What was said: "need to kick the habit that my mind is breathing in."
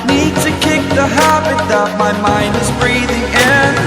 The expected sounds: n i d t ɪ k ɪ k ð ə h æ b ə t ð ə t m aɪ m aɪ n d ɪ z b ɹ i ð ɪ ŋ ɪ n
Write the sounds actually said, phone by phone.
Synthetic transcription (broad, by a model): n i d t ɪ k ɪ k ð ə h æ b ə t ð ə t m aɪ m aɪ n d ɪ z b ɹ i ð ɪ ŋ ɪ n